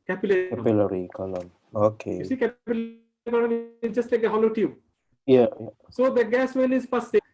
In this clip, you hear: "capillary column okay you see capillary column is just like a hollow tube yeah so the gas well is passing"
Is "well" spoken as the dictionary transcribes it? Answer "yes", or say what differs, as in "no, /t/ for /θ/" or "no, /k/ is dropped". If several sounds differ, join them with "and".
no, /n/ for /l/